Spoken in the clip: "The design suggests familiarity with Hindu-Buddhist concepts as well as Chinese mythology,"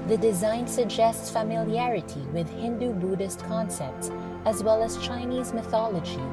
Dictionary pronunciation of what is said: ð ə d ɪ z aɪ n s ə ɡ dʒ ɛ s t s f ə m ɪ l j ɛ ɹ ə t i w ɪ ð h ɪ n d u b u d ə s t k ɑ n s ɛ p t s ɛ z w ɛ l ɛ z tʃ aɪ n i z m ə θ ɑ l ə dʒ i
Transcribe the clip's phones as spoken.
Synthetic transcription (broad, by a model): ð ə d ɪ z aɪ n s ə ɡ dʒ ɛ s t s f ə m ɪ l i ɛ ɹ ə t i w ɪ ð h ɪ n d u b u d ə s t k ɑ n s ɛ p t s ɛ z w ɛ l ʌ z tʃ aɪ n i z m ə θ ɑ l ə dʒ i